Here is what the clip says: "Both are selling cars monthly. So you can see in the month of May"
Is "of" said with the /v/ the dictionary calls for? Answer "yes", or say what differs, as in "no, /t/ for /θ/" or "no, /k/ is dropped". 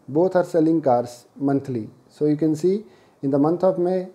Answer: no, /b/ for /v/